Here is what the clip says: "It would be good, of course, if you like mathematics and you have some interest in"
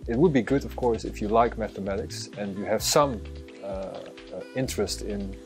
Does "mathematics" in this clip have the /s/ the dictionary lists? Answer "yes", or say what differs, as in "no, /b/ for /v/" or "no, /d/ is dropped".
yes